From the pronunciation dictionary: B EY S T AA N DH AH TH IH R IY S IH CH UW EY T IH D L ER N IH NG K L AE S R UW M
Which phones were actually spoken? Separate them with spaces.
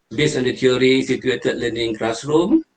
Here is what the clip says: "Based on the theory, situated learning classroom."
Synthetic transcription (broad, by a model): B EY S AA N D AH T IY R IY S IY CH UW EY T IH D L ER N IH NG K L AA S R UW M